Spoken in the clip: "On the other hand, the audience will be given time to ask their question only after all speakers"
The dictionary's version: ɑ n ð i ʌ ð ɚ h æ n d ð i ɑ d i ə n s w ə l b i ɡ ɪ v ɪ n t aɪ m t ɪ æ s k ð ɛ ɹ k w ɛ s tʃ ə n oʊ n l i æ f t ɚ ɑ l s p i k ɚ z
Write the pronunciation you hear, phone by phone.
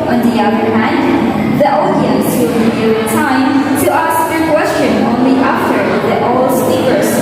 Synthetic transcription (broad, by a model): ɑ n ð i ʌ ð ɚ h æ n d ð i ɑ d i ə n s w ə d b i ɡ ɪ ɪ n t aɪ m t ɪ æ s k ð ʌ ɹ k w ɛ s tʃ ə n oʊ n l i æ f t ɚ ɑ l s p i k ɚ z